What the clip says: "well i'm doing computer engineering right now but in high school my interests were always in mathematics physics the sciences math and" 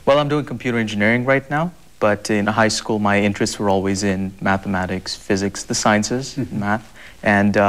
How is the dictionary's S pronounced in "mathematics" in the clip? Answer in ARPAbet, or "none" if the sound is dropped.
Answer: S